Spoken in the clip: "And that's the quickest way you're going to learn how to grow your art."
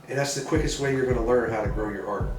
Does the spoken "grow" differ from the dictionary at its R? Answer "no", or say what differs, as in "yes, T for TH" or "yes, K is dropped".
no